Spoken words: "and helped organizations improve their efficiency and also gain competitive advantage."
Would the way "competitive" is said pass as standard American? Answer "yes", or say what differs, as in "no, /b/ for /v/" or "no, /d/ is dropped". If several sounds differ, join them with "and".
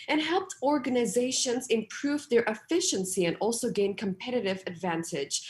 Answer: yes